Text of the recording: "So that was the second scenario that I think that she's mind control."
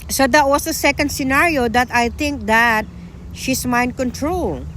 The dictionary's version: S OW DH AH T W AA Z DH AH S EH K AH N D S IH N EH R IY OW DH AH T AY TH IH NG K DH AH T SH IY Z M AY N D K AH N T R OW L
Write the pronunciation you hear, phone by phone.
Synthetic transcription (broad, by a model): S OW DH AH T W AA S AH S EH K AH N D S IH N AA R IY OW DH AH T AY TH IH NG K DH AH T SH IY S M AY N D K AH N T R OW L